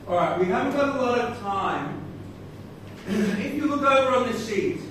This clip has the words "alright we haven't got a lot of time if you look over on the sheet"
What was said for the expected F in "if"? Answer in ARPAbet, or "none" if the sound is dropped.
P